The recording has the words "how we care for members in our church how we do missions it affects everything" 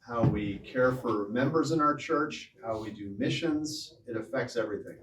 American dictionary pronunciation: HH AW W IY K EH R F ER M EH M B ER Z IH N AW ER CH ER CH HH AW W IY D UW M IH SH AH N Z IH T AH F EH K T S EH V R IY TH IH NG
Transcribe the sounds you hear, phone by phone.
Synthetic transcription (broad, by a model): HH AW W IY K EH R F ER M EH M B ER Z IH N AW ER CH ER CH HH AW W IY D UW M IH SH AH N Z IH T AH F EH K T S EH V R IY TH IH NG